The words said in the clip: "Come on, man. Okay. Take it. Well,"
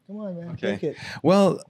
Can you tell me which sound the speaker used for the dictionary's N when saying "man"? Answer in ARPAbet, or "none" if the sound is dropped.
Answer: none